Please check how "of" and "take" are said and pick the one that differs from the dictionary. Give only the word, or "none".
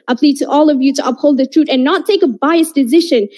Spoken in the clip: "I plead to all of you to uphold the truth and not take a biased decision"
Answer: none